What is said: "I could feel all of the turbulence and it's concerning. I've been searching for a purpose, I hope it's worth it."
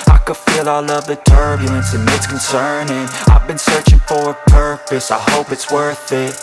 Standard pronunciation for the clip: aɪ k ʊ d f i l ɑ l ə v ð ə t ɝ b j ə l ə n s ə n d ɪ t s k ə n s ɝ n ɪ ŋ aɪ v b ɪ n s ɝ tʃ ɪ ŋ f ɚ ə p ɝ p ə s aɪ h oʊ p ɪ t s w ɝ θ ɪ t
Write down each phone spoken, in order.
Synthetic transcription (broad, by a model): aɪ k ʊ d f i l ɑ l ə v ð ə t ɝ b j ə l ə n s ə n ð ɪ t s k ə n s ɝ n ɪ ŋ aɪ v b ɪ n s ɝ tʃ ɪ ŋ f ɚ ə p ɝ p ə s aɪ h oʊ p ɪ t s w ɝ θ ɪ t